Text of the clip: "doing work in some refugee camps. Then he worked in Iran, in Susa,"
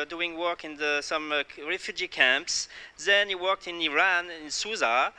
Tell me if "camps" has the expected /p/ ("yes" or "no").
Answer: yes